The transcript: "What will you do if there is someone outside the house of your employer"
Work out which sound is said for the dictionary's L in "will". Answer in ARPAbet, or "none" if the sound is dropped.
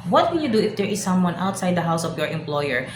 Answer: N